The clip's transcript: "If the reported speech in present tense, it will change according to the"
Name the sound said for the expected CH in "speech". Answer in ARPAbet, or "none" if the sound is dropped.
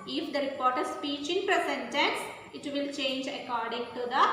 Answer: CH